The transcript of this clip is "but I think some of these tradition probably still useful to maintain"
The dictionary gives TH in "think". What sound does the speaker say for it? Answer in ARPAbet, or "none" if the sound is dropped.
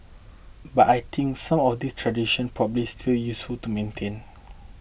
T